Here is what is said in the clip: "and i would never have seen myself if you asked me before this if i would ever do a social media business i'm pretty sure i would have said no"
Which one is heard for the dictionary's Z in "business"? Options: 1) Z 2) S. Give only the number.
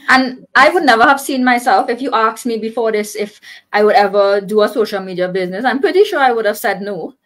1